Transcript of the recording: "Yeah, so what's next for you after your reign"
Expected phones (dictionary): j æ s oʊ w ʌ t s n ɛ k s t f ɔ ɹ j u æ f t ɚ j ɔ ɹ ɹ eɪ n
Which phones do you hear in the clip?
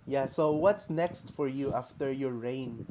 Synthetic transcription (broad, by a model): j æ s oʊ w ʌ t s n ɛ k s t f ɔ ɹ j u æ f t ɚ j ɔ ɹ ɹ eɪ n